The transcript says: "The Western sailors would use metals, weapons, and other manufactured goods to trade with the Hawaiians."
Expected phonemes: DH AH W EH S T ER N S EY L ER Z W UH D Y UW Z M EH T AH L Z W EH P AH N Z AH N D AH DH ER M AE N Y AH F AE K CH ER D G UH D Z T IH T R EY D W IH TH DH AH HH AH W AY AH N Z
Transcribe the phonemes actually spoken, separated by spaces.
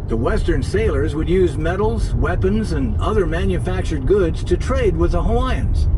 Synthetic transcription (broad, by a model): DH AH W EH S T ER N S EY L ER Z W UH D Y UW Z M EH T L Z W EH P AH N Z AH N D AH DH ER M AE N Y AH F AE K CH ER D G UH D Z T IH T R EY D W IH DH AH HH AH AY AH N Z